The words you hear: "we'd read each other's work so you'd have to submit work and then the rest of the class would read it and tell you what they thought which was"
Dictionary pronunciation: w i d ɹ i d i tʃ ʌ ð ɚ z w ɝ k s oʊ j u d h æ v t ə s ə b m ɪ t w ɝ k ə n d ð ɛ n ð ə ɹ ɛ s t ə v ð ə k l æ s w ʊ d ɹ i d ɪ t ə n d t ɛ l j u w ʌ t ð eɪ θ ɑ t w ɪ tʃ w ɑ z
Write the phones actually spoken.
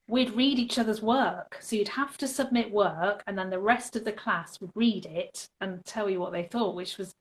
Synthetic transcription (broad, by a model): w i d ɹ i d i tʃ ʌ ð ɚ z w ɝ k s oʊ j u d h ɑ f t ə s ə b m ɪ t w ɝ k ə n ð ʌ n ð ə ɹ ɛ s t ə v ð ə k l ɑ s w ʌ d ɹ i d ɪ t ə n t ɛ l j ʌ w ʌ t ð eɪ θ ɑ t w ɪ tʃ w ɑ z